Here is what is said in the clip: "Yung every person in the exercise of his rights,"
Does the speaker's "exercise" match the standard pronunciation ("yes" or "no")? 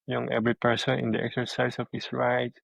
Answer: no